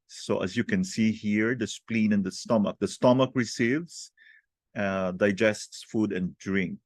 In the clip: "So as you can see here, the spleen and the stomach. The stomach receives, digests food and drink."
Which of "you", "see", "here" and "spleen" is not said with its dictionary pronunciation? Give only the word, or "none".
none